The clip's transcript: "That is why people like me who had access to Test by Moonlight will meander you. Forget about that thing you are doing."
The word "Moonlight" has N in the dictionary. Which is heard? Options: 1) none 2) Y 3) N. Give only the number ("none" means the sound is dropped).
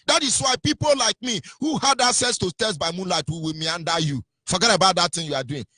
3